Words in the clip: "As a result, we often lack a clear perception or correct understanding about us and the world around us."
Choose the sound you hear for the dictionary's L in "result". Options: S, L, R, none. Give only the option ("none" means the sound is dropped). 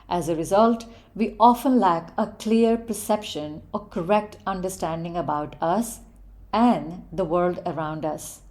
L